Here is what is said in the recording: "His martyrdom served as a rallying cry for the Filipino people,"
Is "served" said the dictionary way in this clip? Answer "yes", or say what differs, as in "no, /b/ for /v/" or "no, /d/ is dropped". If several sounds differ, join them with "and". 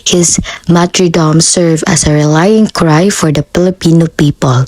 no, /d/ is dropped